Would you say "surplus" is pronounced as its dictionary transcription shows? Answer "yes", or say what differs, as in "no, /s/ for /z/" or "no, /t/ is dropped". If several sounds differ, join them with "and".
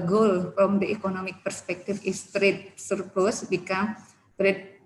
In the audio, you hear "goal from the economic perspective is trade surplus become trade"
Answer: no, /l/ is dropped